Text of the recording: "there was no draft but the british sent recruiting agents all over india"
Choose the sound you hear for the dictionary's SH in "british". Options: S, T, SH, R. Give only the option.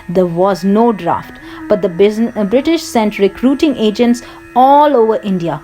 SH